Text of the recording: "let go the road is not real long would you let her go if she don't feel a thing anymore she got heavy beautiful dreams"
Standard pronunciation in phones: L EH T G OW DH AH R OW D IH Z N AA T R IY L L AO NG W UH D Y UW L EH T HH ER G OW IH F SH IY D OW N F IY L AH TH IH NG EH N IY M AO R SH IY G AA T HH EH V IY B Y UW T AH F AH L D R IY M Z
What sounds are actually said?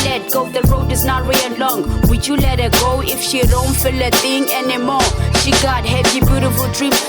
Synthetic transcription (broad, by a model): L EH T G OW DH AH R OW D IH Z N AA T W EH N L AO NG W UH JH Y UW L EH T HH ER G OW IH F SH IY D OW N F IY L AH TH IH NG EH N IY M AO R SH IY G AA T HH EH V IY B Y UW T AH F AH L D R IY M